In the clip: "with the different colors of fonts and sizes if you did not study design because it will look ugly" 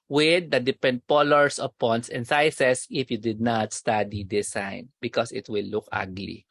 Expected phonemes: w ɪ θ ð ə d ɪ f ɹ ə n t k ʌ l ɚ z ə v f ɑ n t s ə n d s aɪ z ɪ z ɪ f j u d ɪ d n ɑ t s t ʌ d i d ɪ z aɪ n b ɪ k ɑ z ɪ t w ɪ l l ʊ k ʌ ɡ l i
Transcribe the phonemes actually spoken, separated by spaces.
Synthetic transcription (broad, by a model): w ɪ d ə d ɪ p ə n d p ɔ l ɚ s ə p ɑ n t s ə n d s aɪ s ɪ s ɪ f j u d ɪ d n ɑ t s t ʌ d i d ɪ s aɪ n b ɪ k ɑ s ɪ t w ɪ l l ʊ k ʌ ɡ l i